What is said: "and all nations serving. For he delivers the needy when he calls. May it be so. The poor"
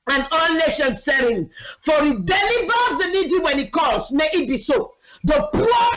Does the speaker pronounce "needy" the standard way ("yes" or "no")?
no